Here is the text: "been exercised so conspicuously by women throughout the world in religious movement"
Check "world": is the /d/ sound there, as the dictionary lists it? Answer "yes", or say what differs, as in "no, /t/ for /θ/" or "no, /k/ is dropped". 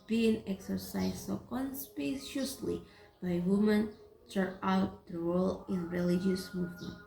no, /d/ is dropped